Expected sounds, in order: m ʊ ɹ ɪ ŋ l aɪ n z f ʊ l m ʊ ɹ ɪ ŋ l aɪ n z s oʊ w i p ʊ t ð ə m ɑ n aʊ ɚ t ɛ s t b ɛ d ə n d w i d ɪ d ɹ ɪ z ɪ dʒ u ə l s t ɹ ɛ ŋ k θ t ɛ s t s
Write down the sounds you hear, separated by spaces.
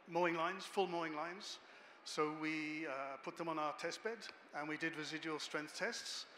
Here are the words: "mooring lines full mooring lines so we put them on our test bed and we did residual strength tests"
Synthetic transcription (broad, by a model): m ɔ ɪ ŋ l aɪ n z f ʊ l m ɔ ɪ ŋ l aɪ n z s oʊ w i p ʊ t ð ə m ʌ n aʊ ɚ t ɛ s t b ɛ d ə n w i d ɪ d ɹ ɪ z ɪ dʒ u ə l s t ɹ ɛ ŋ k θ t ɛ s t s